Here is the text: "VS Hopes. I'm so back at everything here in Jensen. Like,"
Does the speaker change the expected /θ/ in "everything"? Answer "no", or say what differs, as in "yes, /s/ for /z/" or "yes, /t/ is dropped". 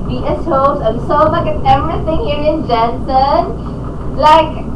yes, /t/ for /θ/